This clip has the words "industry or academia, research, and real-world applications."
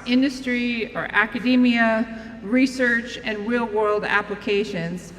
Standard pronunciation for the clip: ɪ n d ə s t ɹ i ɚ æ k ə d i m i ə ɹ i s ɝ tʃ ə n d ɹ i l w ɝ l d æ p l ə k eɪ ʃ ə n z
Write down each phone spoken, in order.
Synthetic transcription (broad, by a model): ɪ n d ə s t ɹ i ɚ æ k ə d i m i ə ɹ i s ɝ tʃ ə n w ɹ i l w ɝ l d æ p l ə k eɪ ʃ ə n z